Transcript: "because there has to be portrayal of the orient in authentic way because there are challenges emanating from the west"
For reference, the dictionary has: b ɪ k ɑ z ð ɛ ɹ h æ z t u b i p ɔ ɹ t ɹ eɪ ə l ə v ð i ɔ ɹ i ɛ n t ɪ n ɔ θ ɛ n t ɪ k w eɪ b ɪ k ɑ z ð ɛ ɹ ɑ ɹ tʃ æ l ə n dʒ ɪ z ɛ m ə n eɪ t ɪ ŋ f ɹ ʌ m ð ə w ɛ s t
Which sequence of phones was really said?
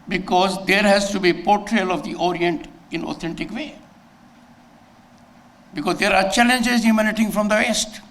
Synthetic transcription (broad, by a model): b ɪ k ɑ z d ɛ ɹ h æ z t u b i p ɔ ɹ t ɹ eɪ l ə v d i ɔ ɹ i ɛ n t ɪ n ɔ t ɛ n t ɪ k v eɪ b ɪ k ɑ z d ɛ ɹ ɑ ɹ tʃ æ l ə n dʒ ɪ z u m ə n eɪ t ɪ ŋ f ɹ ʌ m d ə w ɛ s t